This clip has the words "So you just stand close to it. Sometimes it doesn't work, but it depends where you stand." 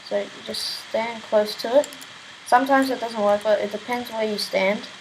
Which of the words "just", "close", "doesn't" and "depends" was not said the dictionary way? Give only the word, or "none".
none